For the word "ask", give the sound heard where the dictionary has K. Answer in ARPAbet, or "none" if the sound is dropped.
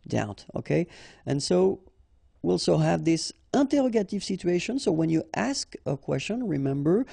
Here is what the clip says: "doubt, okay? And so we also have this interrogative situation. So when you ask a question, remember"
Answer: K